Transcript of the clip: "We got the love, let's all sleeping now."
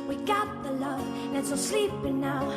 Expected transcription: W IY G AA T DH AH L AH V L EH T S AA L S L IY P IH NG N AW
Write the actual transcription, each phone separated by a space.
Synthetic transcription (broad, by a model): W IY G AA T DH AH L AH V N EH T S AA S L IY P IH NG N AW